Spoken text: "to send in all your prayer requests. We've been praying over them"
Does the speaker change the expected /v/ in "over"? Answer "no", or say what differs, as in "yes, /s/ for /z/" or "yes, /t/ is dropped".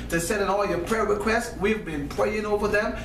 no